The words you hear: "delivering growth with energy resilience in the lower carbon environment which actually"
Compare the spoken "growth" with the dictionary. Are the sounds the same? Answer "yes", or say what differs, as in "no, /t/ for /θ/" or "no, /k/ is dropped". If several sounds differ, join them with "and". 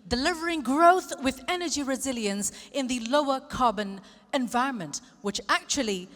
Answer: yes